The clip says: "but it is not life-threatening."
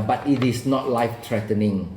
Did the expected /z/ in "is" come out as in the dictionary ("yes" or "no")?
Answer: no